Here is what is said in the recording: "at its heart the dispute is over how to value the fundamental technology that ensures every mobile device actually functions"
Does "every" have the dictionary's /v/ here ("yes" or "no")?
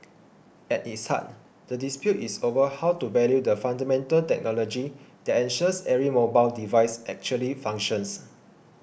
no